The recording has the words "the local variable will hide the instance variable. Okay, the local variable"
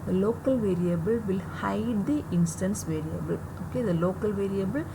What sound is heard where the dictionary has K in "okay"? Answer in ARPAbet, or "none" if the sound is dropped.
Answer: K